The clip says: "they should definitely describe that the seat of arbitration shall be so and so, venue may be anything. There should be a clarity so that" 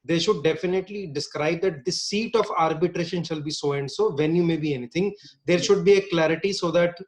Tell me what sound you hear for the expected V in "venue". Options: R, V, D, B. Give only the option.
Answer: V